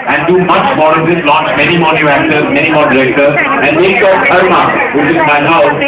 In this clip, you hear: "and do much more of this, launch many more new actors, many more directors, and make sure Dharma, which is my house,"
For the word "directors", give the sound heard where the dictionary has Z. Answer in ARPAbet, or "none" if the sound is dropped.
none